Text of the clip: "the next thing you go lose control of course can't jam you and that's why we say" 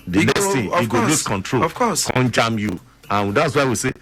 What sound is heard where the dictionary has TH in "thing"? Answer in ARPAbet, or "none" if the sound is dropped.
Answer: T